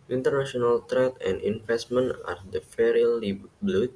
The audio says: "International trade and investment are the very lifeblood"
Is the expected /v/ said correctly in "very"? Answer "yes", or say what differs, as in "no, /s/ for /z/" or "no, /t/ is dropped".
no, /f/ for /v/